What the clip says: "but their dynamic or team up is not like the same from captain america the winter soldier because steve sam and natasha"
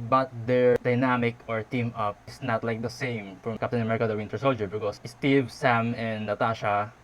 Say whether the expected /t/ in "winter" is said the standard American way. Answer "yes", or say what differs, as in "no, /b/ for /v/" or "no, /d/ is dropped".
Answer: yes